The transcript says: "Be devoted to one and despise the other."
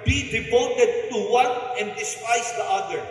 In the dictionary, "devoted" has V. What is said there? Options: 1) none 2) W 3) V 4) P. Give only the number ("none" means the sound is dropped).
4